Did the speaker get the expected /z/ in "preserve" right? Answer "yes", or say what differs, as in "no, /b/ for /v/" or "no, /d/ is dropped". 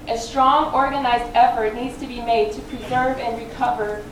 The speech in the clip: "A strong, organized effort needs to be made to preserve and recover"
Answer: yes